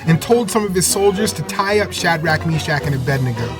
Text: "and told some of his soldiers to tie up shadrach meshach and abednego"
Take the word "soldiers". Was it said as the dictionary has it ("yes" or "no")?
yes